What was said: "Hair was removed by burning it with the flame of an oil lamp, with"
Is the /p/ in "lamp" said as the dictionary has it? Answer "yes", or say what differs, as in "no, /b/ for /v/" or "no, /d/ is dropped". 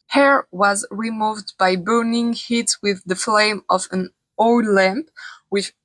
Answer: yes